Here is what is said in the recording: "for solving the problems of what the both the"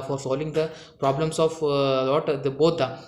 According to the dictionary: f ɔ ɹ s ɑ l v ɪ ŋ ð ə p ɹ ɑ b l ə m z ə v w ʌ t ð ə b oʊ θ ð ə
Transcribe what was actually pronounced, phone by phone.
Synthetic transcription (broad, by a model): f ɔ ɹ s ɑ l v ɪ ŋ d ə p ɹ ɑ b l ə m s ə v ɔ t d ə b oʊ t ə